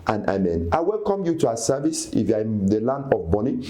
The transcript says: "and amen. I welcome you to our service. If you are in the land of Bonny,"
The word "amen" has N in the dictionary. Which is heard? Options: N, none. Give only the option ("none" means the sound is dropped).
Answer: N